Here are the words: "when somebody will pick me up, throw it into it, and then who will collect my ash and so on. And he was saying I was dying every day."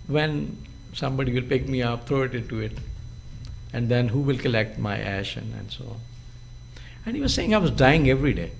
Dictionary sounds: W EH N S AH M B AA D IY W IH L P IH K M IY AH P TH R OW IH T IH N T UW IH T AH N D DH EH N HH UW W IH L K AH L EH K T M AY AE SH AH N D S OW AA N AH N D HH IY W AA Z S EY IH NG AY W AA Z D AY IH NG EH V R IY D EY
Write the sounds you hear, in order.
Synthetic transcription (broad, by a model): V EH N S AH M B AA D IY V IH L P IH K M IY AH P T R OW IH T IH N T UW IH T AH N D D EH N HH UW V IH L K AH L EH K T M AY AE SH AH N D S OW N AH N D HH IY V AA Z S EY IH NG AY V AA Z D AY IH NG EH V R IY D EY